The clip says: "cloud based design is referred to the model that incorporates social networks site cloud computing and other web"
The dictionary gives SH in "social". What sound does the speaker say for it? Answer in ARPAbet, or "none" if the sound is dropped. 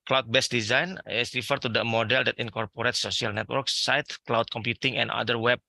none